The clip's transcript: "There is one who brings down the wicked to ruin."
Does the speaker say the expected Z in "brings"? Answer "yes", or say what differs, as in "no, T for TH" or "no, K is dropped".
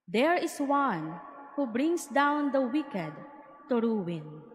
no, S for Z